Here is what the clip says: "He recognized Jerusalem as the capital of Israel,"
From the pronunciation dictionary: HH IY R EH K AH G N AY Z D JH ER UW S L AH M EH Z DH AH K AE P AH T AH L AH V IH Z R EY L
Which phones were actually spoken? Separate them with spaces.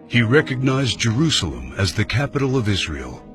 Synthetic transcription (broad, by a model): HH IY R EH K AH G N AY Z JH ER UW S L AH M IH Z DH AH K AE P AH T L AH V IH Z R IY L